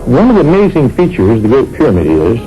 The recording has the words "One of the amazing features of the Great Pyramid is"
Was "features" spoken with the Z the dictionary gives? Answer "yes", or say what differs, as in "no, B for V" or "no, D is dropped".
yes